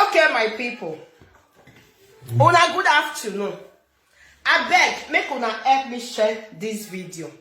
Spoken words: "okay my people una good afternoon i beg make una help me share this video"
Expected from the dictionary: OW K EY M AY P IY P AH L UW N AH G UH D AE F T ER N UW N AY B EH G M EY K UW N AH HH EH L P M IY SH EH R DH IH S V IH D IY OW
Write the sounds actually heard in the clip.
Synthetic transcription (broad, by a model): OW K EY M AY P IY P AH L UW N AH G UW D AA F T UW N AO AY B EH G M EY K UW N AH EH P M IY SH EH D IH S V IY D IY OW